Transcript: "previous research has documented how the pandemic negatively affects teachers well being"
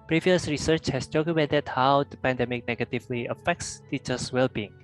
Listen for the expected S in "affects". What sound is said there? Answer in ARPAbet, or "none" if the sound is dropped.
S